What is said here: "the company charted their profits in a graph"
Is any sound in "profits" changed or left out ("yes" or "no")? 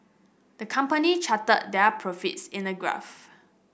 no